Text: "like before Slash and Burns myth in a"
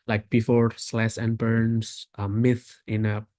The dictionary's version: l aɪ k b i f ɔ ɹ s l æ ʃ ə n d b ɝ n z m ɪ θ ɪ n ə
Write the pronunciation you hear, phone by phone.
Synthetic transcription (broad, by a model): l aɪ k b i f ɔ ɹ s l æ s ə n b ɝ n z m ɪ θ ɪ n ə